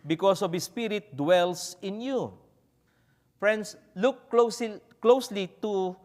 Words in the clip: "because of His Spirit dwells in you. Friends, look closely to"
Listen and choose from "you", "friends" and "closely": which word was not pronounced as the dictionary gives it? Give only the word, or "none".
friends